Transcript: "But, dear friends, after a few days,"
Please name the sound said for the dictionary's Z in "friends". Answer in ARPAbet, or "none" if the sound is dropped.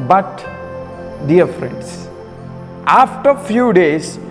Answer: S